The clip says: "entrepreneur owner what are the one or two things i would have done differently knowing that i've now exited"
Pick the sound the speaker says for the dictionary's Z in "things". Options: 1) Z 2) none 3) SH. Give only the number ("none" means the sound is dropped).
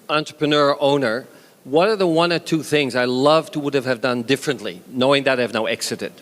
1